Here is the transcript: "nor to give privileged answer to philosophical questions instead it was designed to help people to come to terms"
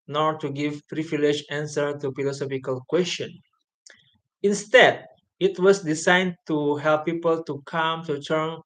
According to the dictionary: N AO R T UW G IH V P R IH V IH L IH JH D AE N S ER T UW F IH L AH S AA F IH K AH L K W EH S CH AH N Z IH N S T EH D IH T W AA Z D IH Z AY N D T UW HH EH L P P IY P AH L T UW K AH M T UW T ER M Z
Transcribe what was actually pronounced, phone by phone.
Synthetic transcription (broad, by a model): N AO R T UW G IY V P R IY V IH L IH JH AE N S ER T UW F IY L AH S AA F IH K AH L K W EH S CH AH N IH N S T EH D IH T W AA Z D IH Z AY N T UW HH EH L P P IY P AH L T UW K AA M T UW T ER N